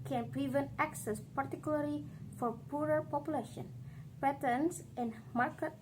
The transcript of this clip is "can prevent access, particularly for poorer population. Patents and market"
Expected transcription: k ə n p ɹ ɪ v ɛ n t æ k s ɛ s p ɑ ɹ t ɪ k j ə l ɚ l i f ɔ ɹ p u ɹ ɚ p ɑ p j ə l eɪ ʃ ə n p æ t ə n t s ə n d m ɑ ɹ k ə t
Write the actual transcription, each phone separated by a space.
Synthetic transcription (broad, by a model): k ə n p ɹ ɪ v ɛ n t æ k s ɛ s p ɑ ɹ t ɪ k j ə l ɚ l i f ɔ ɹ p u ɹ ɚ p ɑ p j ə l eɪ ʃ ə n p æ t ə n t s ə n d m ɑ ɹ k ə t